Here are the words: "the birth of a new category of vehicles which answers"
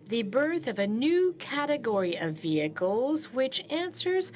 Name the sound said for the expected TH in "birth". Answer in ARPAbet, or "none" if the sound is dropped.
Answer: TH